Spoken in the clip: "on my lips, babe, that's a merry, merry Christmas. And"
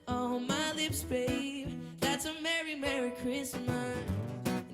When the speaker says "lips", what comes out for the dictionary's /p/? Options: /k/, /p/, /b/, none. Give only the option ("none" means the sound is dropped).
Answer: /p/